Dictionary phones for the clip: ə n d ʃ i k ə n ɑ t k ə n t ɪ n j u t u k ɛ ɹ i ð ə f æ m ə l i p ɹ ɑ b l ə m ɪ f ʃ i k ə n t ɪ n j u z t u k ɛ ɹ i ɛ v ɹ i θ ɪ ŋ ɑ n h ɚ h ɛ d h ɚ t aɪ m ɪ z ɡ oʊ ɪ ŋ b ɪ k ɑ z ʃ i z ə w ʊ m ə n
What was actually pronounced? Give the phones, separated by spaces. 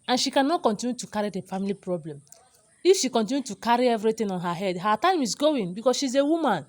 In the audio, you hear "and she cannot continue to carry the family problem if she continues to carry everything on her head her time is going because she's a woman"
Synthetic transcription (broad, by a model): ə n ʃ i k ə n ɑ t k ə n t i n j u t u k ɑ ɹ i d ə f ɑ m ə l i p ɹ ɑ b l ə m ɪ f ʃ i k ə n t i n j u t u k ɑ ɹ i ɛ v ɹ i t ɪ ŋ ɑ n h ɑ h ɛ d h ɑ t aɪ m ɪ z ɡ oʊ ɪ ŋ b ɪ k ɑ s ʃ i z ə w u m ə n